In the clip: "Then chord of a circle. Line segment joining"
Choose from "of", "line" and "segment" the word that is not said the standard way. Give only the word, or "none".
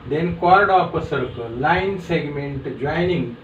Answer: of